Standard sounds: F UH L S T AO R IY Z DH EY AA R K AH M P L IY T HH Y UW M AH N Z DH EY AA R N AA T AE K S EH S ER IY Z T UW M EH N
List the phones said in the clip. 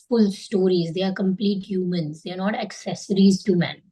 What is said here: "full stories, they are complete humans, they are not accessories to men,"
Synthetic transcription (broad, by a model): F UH L S T AO R IY Z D EY AA R K AH M P L IY T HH Y UW M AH N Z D EY AA R N AA T AE K S EH S ER IY Z T UW M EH N